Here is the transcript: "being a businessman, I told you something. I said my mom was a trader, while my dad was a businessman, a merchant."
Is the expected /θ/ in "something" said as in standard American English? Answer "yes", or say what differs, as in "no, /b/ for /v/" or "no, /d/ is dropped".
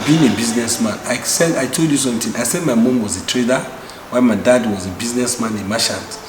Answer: no, /t/ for /θ/